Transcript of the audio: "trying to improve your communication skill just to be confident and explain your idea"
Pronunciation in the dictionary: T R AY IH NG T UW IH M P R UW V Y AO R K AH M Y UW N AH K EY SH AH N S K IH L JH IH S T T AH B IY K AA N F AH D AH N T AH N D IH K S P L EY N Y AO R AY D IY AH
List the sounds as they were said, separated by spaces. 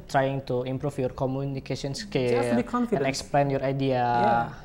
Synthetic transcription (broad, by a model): T R AY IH NG T UW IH M P R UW F Y AO R K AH M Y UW N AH K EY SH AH N S K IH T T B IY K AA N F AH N AH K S P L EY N Y AO R AY D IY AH